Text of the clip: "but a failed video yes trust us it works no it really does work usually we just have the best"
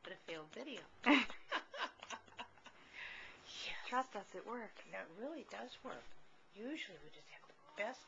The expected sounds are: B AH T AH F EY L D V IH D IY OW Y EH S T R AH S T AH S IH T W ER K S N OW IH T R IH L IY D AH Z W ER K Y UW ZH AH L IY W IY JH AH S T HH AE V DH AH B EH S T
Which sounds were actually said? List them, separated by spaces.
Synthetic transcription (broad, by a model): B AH T AH F EY L D V IH D IY OW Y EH T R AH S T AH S IH T W ER K N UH IH T R IH L IY D AH Z W ER K Y UW ZH L IY W IY JH AH S T HH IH V DH AH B EH S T